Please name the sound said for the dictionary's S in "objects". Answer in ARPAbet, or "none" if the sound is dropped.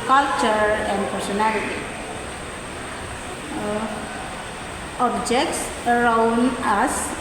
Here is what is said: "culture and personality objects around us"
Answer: S